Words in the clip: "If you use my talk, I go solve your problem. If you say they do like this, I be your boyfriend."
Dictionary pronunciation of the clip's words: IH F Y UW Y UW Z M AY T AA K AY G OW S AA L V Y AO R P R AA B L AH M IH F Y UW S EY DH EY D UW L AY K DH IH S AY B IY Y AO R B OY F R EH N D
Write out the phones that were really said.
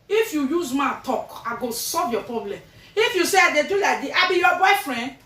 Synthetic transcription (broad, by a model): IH F Y UW Y UW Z M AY T AA K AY G OW S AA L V Y AO P R AA B L AH M IH F Y UW S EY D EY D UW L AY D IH AY B IY Y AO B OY F R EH N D